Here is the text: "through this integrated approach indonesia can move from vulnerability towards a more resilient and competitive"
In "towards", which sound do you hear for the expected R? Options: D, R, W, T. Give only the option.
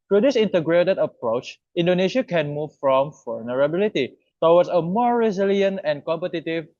W